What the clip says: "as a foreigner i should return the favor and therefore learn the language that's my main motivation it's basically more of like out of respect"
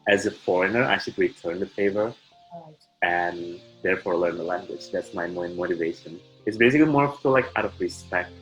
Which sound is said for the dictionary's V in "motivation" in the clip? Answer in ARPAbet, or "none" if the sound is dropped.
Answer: V